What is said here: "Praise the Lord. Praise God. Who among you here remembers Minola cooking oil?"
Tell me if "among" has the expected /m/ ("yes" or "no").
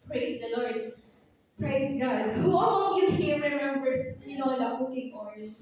no